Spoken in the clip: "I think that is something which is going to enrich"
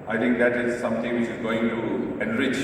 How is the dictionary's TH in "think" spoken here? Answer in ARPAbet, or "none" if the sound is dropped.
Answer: T